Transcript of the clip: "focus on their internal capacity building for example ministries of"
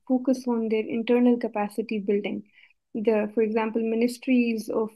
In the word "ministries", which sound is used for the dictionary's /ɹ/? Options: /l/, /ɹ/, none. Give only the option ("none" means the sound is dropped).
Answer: /ɹ/